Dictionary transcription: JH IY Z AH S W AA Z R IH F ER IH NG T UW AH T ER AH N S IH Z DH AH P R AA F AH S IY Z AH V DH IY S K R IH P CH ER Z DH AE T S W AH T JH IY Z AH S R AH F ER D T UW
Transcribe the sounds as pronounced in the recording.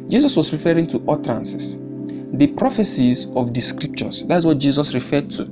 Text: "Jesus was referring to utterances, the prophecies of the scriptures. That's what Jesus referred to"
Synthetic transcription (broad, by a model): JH IY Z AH S W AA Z R IH F ER IH NG T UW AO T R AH N S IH S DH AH P R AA F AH S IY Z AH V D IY S K R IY P SH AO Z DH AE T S W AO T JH IY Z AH S R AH F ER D T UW